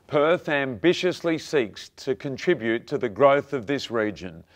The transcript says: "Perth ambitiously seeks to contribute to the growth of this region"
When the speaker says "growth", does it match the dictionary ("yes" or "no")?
yes